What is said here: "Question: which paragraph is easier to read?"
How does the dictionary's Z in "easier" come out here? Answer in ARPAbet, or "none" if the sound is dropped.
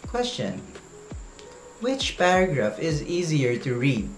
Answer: Z